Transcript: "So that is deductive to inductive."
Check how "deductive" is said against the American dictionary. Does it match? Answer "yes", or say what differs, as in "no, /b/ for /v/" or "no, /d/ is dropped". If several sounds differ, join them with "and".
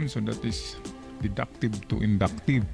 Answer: no, /b/ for /v/